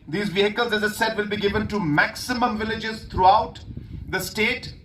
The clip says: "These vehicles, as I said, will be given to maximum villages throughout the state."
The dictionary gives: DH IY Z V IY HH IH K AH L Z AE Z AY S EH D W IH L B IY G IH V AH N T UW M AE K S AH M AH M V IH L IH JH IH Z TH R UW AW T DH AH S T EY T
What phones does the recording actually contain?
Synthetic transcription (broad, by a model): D IY Z V IY HH IH K AH L Z AE Z AY S EH D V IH L B IY G IH V AH N T UW M AE K S AH M AH M V IH L IH JH IH Z T R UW AW T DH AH S T EY T